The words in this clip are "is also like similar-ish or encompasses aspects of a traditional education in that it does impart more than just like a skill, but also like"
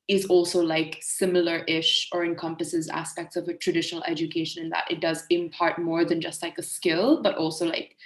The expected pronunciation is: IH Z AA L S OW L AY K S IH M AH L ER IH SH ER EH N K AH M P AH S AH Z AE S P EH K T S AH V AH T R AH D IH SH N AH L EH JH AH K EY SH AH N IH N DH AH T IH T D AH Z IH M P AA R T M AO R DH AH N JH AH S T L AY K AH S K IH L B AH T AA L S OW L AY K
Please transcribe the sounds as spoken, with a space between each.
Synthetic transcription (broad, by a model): IH Z AA L S OW L AY K S IH M L ER IH SH ER EH N K AH M P AH S AH Z AE S P EH K T S AH V AH T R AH D IH SH N L EH JH AH K EY SH AH N IH N DH AH T IH T D AH Z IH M P AA R T M AO R DH AH N JH AH S T L AY K AH S K IH L B AH T AA L S OW L AY K